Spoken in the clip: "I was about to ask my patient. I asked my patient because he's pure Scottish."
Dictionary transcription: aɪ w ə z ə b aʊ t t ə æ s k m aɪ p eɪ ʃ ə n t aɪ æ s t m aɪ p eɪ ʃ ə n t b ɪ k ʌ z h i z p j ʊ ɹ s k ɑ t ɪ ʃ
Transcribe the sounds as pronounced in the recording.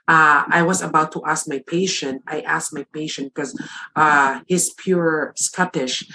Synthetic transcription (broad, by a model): aɪ w ə z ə b aʊ t t æ s k m aɪ p eɪ ʃ ə n t aɪ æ s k m aɪ p eɪ ʃ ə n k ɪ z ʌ h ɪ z p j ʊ ɹ s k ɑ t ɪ ʃ